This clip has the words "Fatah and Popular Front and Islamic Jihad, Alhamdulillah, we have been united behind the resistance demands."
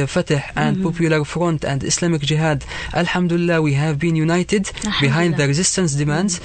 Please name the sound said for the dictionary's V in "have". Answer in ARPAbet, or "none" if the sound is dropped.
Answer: V